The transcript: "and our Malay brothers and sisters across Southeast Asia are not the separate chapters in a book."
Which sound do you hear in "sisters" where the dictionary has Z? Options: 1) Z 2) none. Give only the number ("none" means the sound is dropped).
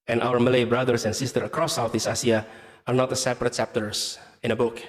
2